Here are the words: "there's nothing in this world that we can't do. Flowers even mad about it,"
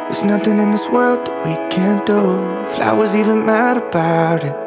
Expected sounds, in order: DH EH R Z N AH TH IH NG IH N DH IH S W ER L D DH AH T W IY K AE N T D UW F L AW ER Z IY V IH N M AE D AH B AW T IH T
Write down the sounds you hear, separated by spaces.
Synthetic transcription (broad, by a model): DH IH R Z N AH TH IH NG IH N DH IH S W ER L D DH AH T W IY K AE N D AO F L AW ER Z IY V IH N M AE D AH B AW T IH T